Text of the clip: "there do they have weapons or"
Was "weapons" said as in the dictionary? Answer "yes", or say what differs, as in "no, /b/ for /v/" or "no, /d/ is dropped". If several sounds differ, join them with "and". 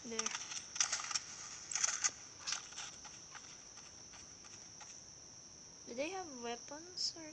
no, /s/ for /z/